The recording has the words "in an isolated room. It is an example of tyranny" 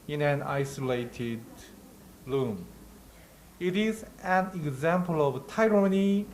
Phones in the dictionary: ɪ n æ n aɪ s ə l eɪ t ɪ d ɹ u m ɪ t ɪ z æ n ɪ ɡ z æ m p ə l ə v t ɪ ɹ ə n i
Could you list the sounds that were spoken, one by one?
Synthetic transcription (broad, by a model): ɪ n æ n aɪ s ə l eɪ t ɪ d l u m ɪ t ɪ z æ n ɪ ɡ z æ m p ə l ə v t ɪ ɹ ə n i